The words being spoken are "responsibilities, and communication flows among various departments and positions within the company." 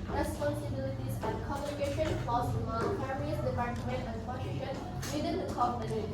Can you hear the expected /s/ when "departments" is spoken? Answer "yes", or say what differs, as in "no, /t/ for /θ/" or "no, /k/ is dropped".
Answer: no, /s/ is dropped